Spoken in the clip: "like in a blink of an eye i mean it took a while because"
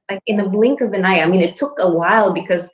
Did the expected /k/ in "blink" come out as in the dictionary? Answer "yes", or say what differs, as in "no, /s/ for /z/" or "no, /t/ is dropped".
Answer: yes